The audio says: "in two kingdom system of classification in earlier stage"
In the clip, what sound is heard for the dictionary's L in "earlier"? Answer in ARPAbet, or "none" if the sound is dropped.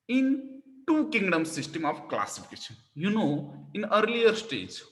L